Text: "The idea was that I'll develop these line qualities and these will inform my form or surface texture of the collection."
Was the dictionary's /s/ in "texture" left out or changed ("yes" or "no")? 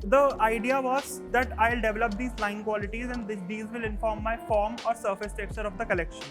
yes